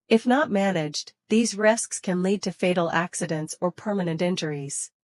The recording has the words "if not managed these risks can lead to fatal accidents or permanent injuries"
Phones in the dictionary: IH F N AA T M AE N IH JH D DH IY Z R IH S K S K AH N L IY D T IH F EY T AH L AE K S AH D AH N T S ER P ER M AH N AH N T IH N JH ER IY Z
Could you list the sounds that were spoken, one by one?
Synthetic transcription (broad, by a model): IH F N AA T M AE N IH JH DH IY Z R IH S K S K AH N L IY D T IH F EY T L AE K S AH D AH N T S ER P ER M AH N AH N T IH N JH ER IY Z